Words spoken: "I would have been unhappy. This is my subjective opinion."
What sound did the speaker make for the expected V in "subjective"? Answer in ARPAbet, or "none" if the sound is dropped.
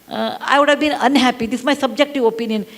V